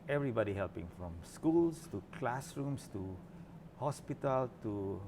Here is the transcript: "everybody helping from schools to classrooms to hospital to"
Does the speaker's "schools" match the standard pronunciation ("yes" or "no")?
no